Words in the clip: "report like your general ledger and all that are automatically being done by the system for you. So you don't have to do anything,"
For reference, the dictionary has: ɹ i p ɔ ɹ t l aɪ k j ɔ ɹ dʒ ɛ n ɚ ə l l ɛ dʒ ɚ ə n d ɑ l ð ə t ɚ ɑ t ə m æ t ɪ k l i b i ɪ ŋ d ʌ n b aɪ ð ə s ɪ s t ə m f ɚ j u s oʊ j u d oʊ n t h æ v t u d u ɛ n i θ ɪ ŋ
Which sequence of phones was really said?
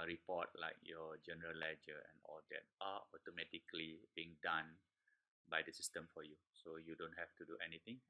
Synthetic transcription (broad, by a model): ɹ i p ɔ t l aɪ k j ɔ dʒ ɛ n ɚ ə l l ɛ dʒ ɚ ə n ɑ l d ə t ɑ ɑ t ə m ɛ t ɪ k l i b i ɪ ŋ d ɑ n b aɪ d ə s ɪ s t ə m f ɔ j u s oʊ j u d oʊ n t h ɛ f t u d u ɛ n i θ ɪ ŋ